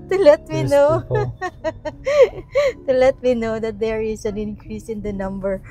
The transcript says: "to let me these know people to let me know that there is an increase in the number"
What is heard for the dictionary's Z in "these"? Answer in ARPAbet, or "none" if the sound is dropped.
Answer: none